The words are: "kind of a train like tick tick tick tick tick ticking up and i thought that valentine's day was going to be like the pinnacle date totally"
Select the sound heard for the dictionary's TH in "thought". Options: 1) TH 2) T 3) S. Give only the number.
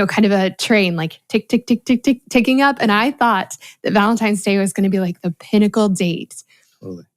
1